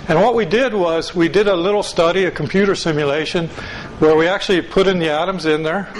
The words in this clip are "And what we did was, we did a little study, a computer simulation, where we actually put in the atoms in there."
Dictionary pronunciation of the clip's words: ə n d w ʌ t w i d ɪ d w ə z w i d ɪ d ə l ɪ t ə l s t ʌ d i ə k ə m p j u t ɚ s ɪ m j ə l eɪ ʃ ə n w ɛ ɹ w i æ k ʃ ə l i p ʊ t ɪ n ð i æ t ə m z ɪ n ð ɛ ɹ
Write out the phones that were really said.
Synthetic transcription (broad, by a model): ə n w ʌ t w i d ɪ d w ə z w i d ɪ d ə l ɪ t l s t ʌ d i ə k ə m p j u t ɚ s ɪ m j ə l eɪ ʃ ə n w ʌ ɹ w i æ k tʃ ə l i p ʊ t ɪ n ð i æ t ə m z ɪ n ð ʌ ɹ